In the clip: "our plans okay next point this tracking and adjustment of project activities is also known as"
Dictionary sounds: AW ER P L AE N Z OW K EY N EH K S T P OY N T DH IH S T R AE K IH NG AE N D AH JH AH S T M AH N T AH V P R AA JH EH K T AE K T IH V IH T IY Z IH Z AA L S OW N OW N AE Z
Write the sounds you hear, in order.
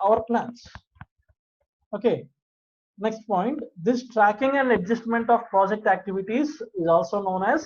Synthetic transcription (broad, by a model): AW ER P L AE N S OW K EY N EH K S T P OY N T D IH S T R AE K IH NG AE N D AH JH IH S T M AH N T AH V P R AA JH EH K T AE K T IH V IH T IY Z IH Z AA L S OW N OW N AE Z